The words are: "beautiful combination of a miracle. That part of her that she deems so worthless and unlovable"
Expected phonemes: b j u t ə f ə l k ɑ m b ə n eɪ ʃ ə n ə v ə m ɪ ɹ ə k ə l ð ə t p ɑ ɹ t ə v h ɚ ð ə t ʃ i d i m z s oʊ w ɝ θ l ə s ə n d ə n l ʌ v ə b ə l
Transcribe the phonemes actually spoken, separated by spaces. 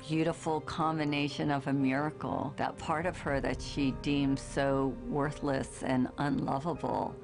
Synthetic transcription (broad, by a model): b j u t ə f l k ɑ m b ə n eɪ ʃ ə n ə v ə m ɪ ɹ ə k l ð ə t p ɑ ɹ t ə v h ɚ ð ə t ʃ i d i m z s oʊ w ɝ θ l ə s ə n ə n l ʌ v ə b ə l